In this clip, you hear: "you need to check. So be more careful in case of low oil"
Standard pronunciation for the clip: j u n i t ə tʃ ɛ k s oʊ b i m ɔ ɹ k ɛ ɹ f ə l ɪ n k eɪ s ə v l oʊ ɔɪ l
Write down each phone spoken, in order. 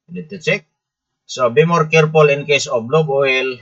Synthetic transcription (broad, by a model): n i t ə tʃ ɛ k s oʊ b i m ɔ ɹ k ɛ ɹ p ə l ɪ n k eɪ s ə b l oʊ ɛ l